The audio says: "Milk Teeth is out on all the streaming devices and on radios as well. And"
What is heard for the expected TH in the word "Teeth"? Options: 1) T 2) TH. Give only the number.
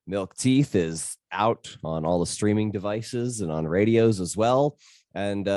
2